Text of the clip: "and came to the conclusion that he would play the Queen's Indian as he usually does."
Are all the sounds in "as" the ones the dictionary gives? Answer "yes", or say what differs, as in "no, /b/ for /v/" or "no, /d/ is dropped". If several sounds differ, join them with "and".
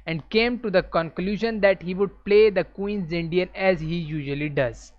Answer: yes